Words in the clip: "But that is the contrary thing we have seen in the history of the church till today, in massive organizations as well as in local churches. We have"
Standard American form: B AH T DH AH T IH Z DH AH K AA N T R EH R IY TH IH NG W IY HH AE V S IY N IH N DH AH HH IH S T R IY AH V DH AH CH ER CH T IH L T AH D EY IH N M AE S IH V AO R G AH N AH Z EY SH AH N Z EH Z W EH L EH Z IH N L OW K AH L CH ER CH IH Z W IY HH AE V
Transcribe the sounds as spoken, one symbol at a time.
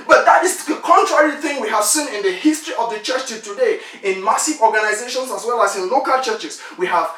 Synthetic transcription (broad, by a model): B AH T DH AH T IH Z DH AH K AA N T R EH R IY TH IH NG W IY HH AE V S IY N IH N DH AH HH IH S T R IY AH V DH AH CH ER CH T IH T AH D EY IH N M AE S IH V AO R G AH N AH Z EY SH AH N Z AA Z W EH L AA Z IH N L OW K AH L CH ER CH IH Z W IY HH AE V